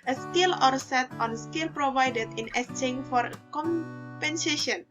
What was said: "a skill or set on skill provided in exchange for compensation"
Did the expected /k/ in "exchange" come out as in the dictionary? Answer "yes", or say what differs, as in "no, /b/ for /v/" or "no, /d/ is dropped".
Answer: no, /k/ is dropped